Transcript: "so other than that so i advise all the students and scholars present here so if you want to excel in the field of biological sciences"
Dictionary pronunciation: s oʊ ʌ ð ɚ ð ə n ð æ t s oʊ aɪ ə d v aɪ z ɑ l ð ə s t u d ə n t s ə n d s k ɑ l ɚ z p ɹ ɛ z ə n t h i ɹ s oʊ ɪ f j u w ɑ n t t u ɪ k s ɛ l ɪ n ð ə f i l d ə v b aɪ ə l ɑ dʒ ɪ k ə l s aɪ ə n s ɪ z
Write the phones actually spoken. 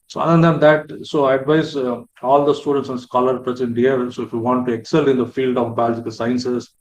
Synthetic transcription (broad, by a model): s oʊ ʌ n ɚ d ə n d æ t s oʊ aɪ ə d v aɪ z ɑ l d ə s t u d ə n t s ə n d s k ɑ l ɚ p ɹ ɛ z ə n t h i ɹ s oʊ ɪ f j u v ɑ n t t u ɪ k s ɛ l ɪ n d ə f i l d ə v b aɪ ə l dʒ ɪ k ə l s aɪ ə n s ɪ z